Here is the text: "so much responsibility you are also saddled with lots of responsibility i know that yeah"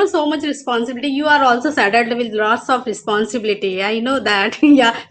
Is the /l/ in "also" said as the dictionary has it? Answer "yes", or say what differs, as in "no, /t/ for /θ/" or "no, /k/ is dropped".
yes